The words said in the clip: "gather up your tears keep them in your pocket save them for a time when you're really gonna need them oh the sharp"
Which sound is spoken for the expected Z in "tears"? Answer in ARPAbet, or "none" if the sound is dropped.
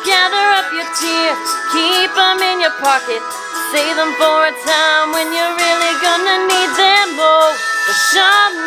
none